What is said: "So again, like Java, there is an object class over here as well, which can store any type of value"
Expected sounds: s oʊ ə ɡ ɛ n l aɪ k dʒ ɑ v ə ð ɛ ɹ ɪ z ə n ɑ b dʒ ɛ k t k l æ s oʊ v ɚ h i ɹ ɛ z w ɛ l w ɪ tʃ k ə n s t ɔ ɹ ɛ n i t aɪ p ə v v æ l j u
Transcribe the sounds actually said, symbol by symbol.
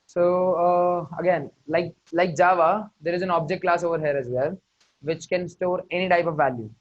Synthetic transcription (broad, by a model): s oʊ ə ɡ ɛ n l aɪ k dʒ ɑ v ə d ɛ ɹ ɪ z ə n ɑ b dʒ ɛ k t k l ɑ s oʊ v ɚ h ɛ ɹ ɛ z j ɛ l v ɪ tʃ k ə n s t ɔ ɹ ɛ n i t aɪ p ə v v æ l j u